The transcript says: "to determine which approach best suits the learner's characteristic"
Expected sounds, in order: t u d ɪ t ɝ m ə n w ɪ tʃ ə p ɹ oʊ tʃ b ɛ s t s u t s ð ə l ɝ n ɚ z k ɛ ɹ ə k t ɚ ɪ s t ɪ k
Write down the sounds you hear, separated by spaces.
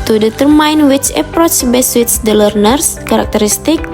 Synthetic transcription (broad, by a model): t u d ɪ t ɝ m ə n w ɪ tʃ ə p ɹ oʊ tʃ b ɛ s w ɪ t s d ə l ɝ n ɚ s k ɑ ɹ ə k t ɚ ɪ s t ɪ k